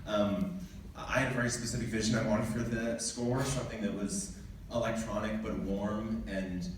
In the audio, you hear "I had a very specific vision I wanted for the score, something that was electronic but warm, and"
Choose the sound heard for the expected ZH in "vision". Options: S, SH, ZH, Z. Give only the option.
ZH